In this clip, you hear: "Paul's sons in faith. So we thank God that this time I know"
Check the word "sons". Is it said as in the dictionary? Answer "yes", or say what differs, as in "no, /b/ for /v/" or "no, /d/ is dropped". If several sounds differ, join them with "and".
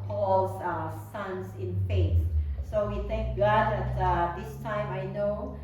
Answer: no, /s/ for /z/